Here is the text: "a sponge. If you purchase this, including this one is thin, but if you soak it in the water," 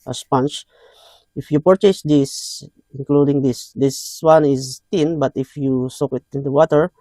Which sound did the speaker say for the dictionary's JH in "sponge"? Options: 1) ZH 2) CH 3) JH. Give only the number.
2